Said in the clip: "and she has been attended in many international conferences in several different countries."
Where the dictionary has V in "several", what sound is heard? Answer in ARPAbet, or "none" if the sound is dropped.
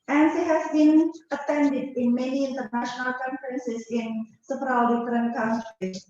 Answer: P